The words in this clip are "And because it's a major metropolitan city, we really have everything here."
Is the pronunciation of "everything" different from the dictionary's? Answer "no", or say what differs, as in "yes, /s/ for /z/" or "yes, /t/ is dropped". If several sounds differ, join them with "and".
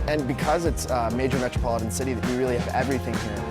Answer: no